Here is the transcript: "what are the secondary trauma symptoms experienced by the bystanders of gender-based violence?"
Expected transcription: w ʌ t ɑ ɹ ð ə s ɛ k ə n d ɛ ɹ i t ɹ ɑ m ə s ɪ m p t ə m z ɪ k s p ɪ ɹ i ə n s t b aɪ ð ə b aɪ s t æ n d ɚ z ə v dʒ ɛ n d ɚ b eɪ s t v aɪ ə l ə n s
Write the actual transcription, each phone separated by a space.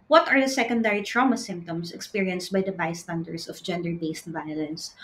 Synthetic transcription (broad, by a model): w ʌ t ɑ ɹ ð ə s ɛ k ə n d ɛ ɹ i t ɹ ɑ m ə s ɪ m p t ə m s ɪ k s p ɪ ɹ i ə n s t b aɪ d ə b aɪ s t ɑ n d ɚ s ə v dʒ ɛ n d ɚ b eɪ s t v aɪ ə l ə n s